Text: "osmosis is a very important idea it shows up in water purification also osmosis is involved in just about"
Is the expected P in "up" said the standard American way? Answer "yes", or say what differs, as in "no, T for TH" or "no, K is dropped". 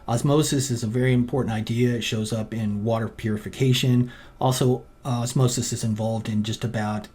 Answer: yes